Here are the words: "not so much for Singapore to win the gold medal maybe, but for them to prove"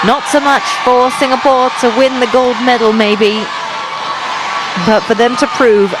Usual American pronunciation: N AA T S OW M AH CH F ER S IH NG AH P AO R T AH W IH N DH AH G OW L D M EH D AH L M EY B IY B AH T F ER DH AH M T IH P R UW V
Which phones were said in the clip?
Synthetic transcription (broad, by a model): N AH T S OW M AH CH F ER S IH NG AH P AO R T AH W IH N DH AH G OW L D M EH D L M EY B IY B AH T F ER DH AH M T IH P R UW V